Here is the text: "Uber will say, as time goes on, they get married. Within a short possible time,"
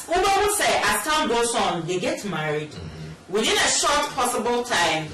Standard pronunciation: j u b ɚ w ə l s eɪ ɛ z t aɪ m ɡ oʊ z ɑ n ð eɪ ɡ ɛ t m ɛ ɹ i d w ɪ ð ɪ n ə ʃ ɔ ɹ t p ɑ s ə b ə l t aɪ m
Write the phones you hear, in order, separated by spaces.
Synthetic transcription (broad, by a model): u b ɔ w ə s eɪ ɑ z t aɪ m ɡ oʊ s ɑ n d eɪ ɡ ɛ t m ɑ ɹ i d w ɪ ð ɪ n ə ʃ ɔ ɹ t p ɑ s ə b ə l t aɪ m